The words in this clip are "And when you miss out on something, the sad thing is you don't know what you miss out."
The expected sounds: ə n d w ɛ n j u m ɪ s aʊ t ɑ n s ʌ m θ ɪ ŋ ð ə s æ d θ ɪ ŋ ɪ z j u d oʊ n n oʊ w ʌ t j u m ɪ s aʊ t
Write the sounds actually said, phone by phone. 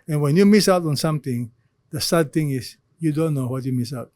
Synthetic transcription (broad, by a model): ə n w ɛ n j u m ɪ s aʊ t ɑ n s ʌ m t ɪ ŋ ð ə s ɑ d t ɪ ŋ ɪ s j u d oʊ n n oʊ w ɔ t j u m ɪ s aʊ t